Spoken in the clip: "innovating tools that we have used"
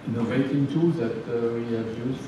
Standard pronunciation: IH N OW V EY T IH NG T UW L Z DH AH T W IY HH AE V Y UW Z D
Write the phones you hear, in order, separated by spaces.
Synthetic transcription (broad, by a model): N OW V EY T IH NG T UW Z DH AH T W IY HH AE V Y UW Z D